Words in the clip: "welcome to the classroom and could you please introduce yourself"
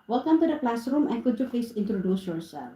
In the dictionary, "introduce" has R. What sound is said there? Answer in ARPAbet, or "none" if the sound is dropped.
R